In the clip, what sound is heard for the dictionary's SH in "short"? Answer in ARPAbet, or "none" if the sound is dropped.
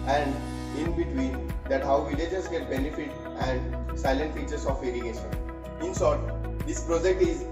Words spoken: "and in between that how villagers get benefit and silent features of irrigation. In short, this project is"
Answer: S